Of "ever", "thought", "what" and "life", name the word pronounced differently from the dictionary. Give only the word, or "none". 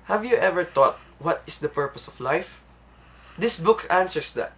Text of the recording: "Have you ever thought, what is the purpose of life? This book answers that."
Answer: thought